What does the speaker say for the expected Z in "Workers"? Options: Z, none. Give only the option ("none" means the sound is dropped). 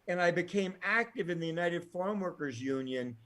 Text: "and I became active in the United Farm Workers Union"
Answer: Z